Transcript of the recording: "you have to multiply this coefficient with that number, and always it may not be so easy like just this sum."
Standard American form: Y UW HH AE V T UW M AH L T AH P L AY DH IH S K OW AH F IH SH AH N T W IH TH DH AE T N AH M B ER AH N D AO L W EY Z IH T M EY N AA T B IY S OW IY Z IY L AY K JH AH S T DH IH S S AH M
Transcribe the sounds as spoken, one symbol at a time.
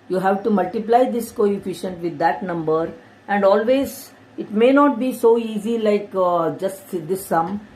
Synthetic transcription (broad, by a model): Y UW HH AE V T UW M AH L T AH P L AY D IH S K OW AH F IH SH AH N T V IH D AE T N AH M B ER AH N D AO L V EY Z IH T M EY N AA T B IY S OW IY Z IY L AY K JH AH S T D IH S S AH M